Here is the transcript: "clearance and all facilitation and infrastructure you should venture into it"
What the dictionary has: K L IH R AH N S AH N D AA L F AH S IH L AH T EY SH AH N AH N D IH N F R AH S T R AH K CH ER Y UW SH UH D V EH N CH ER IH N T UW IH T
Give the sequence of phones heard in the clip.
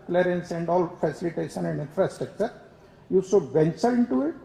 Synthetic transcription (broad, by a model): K L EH R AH N S AH N D AA L F AH S IH L AH T EY SH AH N AH N D IH N F R AH S T R AH K CH ER Y UW S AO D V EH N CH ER IH N T UW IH T